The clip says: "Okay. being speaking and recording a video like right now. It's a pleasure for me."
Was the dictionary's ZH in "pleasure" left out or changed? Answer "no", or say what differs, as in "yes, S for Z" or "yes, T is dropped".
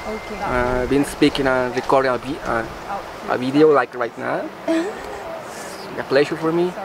yes, SH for ZH